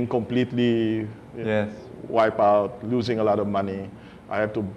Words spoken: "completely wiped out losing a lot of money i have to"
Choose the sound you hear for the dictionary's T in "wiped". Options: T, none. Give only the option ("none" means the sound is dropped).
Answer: none